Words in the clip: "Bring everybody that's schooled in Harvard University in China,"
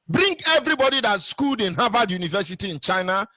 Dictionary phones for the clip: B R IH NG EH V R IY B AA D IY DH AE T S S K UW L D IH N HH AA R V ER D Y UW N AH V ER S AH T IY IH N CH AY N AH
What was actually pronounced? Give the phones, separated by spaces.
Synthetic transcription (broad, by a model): B R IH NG EH V R IY B AA D IY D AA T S S K UW L D IH N HH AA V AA D Y UW N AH V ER S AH T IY IH N CH AY N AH